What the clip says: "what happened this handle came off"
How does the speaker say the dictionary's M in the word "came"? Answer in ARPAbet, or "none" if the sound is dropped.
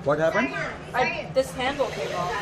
none